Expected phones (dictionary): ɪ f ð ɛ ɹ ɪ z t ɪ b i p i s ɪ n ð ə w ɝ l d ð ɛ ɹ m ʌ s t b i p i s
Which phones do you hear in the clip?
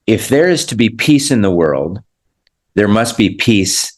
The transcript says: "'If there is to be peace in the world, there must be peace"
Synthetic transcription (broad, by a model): ɪ f ð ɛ ɹ ɪ z t ɪ b i p i s ɪ n ð ə w ɝ l d ð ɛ ɹ m ʌ s t b i p i s